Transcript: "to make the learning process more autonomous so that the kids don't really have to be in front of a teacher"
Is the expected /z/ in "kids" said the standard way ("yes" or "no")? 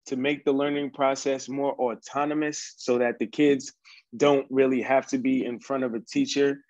yes